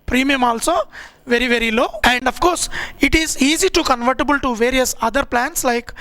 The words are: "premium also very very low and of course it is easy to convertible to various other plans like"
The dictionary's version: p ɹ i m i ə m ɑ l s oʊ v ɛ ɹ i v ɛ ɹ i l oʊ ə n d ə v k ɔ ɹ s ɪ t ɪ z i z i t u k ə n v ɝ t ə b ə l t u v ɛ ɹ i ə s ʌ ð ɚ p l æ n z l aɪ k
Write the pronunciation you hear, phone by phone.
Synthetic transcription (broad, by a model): p ɹ i m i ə m ɑ l s oʊ v ɛ ɹ i v ɛ ɹ i l oʊ ə n d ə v k ɔ ɹ s ɪ t ɪ z i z i t u k ə n v ɝ t ə b ə l t u v ɛ ɹ i ə s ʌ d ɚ p l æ n s l aɪ k